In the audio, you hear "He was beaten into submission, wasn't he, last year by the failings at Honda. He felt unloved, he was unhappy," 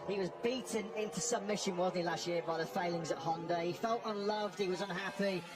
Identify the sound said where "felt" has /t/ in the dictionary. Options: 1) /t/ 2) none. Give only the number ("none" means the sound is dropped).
1